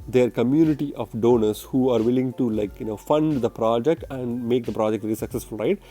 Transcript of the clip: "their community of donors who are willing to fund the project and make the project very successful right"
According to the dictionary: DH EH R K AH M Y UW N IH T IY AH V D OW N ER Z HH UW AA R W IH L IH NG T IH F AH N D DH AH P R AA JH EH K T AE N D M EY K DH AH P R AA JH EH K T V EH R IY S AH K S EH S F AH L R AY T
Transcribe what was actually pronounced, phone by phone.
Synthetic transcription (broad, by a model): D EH R K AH M Y UW N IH T IY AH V D OW N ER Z HH UW AA R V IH L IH NG T IH F AH N D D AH P R AA JH EH K T AE N D M EY K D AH P R AA JH EH K T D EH L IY S AH K S EH S F AH L R AY T